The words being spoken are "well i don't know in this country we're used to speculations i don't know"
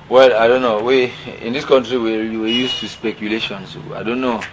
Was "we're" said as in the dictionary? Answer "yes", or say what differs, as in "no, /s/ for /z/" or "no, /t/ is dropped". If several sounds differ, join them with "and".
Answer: no, /w/ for /ɹ/